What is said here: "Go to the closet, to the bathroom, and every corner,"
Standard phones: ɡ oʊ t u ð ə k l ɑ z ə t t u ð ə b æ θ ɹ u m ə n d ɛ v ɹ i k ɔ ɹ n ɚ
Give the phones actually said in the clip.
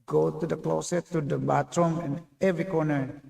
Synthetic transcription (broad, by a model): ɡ oʊ t u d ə k l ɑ s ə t t u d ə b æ t ɹ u m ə n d ɛ v ɹ i k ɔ ɹ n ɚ